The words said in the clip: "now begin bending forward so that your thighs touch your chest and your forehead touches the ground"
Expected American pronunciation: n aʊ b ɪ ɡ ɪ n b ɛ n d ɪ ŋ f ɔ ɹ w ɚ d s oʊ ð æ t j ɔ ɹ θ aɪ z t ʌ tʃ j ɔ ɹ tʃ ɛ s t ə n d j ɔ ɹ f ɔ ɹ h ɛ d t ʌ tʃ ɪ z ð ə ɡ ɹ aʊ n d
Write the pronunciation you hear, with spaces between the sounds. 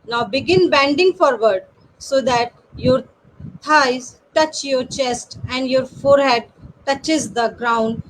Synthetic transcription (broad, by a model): n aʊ b ɪ ɡ ɪ n b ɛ n d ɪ ŋ f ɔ ɹ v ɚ d s oʊ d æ t j ɔ ɹ t aɪ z t ʌ tʃ j ɔ ɹ tʃ ɛ s t ə n d j ɔ ɹ f ɔ ɹ h ɛ d t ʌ tʃ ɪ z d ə ɡ ɹ aʊ n d